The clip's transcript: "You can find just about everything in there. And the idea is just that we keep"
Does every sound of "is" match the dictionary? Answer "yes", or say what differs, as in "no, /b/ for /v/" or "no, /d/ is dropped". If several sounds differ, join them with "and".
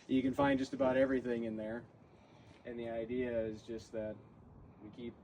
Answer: yes